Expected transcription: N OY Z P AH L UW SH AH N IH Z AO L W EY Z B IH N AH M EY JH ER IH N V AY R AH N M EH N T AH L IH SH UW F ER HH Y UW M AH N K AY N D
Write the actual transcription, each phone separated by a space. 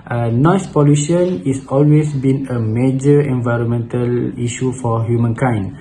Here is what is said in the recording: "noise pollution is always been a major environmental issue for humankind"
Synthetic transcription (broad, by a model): N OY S P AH L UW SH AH N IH S AO L W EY S B IH N AH M EY JH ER IH N V AY R AH N M EH N T AH L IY SH UW F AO HH Y UW M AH N K AY N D